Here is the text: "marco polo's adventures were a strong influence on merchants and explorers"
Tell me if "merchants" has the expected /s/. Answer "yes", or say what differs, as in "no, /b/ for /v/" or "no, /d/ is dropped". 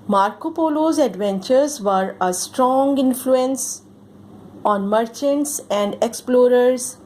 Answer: yes